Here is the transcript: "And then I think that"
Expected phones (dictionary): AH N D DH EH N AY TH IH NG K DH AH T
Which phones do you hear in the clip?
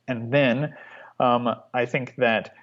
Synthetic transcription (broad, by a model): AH N DH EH N AY TH IH NG K DH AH T